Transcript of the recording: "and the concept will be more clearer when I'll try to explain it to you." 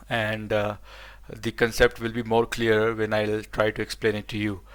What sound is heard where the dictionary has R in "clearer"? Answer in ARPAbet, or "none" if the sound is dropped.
none